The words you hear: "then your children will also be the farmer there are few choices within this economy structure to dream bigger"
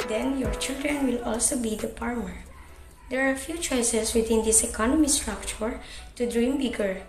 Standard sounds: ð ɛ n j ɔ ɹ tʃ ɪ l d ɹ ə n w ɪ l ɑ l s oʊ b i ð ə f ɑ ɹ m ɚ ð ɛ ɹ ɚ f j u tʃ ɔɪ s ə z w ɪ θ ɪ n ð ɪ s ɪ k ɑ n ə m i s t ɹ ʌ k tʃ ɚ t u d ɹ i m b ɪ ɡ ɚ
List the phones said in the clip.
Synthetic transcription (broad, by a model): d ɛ n j ɔ ɹ tʃ ɪ l d ɹ ə n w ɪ l ɑ l s oʊ b i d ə p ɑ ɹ m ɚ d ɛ ɹ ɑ f j u tʃ ɔɪ s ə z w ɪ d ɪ n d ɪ s ɪ k ɑ n ə m i s t ɹ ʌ k tʃ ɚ t u d ɹ i m b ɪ ɡ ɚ